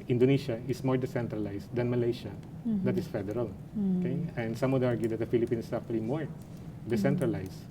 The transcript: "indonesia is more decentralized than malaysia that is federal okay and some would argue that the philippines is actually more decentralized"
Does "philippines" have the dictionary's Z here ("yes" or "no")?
no